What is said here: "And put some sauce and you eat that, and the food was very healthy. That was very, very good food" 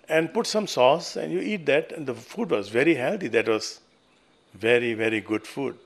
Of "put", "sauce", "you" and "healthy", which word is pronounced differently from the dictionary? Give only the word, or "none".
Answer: healthy